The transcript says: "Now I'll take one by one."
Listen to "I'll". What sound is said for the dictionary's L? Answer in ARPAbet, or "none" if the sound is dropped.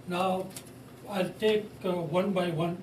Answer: L